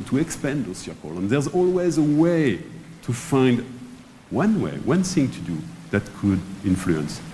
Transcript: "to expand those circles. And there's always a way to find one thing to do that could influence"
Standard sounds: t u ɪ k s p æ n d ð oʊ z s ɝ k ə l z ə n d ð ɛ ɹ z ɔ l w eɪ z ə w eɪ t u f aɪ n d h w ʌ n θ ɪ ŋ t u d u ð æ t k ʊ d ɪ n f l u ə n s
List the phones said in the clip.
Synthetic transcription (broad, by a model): t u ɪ k s p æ n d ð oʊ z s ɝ k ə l ə n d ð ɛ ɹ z ɔ l w eɪ z ə w eɪ t u f aɪ n d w w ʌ n θ ɪ ŋ t u d u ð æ t k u d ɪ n f l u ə n s